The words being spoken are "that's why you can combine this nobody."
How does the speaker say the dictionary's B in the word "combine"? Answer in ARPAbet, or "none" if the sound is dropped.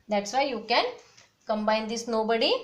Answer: B